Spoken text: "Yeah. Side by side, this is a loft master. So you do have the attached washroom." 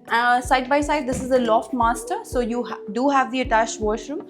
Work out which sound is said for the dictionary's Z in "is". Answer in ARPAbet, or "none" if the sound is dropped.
Z